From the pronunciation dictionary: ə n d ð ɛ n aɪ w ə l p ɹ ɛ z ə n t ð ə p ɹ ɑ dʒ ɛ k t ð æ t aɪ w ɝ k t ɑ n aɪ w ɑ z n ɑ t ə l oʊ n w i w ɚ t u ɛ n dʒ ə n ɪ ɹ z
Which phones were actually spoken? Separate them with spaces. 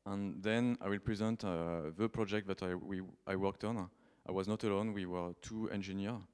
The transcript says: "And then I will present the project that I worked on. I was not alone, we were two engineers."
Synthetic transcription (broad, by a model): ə n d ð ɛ n aɪ w ə l p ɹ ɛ z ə n t ð ə p ɹ ɑ dʒ ɛ k t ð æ t aɪ w ɝ k t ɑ n aɪ w ɑ z n ɑ t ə l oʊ n w i w ɚ t u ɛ n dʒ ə n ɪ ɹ